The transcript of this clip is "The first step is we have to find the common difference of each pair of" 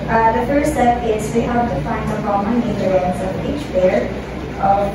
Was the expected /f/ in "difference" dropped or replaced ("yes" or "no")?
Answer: yes